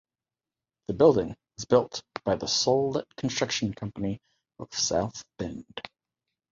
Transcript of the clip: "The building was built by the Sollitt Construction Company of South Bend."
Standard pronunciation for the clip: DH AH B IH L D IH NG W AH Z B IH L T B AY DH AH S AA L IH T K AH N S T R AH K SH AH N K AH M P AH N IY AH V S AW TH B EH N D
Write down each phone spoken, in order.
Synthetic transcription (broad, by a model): DH AH B IH L D IH NG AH Z B IH L T B AY DH AH S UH L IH T K N S T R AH K SH N K AH M P AH N IY AH V S AW TH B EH N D